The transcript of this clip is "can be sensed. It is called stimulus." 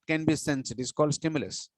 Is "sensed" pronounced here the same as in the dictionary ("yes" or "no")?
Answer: no